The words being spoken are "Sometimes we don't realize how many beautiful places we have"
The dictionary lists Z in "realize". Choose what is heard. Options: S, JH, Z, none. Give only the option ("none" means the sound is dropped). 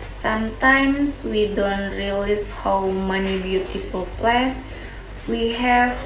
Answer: S